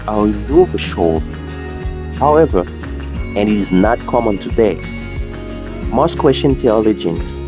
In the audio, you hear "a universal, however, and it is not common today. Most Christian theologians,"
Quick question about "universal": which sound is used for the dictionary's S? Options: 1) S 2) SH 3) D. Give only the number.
2